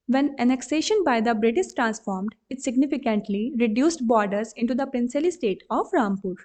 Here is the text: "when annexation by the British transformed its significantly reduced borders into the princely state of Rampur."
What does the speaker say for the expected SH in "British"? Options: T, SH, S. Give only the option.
S